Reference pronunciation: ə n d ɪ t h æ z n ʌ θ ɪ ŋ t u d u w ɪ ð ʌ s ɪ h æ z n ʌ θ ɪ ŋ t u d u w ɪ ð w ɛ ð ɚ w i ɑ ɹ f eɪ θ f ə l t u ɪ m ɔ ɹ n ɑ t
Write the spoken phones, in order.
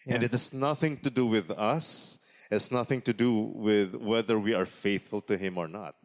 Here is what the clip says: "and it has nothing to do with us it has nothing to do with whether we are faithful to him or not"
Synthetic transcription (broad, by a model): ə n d ɪ t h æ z n ʌ θ ɪ ŋ t u d u w ɪ ð ʌ s ɪ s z n ʌ θ ɪ ŋ t u d u w ɪ ð w ɛ ð ɚ w i ɑ ɹ f eɪ θ f ə l t u ɪ m ɔ ɹ n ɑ t